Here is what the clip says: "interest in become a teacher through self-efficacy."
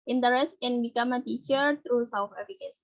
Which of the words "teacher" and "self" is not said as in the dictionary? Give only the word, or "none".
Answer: self